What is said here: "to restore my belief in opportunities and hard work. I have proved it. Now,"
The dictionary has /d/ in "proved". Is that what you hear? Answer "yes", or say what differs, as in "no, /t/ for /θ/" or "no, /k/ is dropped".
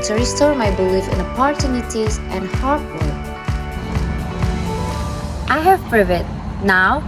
no, /d/ is dropped